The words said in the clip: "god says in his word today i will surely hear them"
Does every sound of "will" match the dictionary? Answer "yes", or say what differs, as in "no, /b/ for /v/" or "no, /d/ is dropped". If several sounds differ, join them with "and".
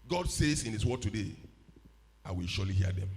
yes